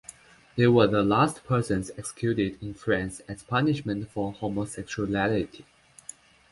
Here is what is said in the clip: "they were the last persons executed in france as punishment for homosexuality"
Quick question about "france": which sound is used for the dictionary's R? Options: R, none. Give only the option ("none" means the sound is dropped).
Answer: R